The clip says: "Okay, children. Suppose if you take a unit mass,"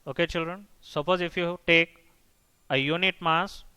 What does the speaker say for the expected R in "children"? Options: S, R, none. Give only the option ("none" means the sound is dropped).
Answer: R